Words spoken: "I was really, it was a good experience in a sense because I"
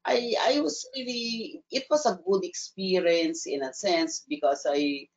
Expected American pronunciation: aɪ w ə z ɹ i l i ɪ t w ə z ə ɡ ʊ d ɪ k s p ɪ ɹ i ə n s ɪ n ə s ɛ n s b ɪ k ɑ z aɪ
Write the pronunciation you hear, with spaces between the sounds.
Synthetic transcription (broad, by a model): aɪ w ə s ɹ i l i ɪ t w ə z ə ɡ ʊ d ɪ k s p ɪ ɹ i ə n s ɪ n ə s ɛ n s b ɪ k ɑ s aɪ